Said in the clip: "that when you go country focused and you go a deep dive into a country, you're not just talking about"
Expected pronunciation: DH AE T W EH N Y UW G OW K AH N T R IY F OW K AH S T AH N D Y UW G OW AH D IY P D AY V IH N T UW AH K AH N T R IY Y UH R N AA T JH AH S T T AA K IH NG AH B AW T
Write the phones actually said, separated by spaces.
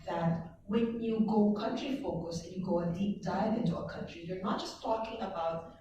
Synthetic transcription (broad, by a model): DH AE T W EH N Y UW G OW K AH N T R IY F OW K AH S AH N Y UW G OW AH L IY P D AY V IH N T UW AH K AH N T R IY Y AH R N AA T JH AH S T T AA K IH NG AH B AW T